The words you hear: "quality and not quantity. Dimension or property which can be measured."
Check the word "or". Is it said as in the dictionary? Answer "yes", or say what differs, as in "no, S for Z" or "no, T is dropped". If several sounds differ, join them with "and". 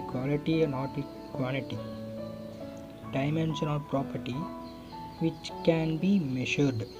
no, L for R